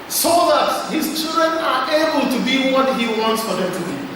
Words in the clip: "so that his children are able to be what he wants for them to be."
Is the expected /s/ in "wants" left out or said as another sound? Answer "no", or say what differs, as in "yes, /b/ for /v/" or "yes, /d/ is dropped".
no